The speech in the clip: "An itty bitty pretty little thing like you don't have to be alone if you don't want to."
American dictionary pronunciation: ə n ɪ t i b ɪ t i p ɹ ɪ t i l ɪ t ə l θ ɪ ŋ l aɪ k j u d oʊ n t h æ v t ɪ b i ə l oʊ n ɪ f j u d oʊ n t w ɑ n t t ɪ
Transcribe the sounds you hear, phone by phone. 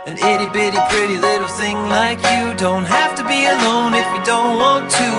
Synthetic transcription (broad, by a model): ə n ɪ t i b ɪ t i p ɹ ɪ t i l ɪ t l θ ɪ ŋ l aɪ k j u d oʊ n t h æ f t ɪ b i ə l oʊ n ɪ f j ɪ d oʊ n t w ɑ n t t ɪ